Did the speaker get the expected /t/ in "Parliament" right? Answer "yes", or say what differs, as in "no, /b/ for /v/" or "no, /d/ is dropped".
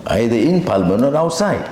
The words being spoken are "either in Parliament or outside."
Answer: no, /t/ is dropped